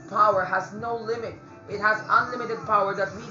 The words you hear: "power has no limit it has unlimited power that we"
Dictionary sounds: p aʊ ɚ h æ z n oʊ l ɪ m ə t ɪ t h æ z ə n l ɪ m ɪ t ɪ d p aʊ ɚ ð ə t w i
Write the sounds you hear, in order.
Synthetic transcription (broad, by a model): p aʊ ɚ h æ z n oʊ l ɪ m ə t ɪ t h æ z ə n l ɪ m ɪ t ɪ d p aʊ ɚ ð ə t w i